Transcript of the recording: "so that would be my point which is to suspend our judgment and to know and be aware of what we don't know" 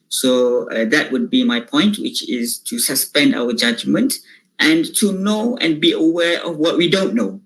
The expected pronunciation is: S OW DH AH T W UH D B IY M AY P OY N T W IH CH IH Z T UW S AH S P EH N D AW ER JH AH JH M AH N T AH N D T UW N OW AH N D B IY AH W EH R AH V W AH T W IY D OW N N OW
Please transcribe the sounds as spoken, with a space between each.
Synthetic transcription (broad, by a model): S OW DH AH T W UH D B IY M AY P OY N T W IH CH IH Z T UW S AH S P EH N D AW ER JH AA JH M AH N T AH N T UW N OW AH N B IY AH W EH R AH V W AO T W IY D OW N N OW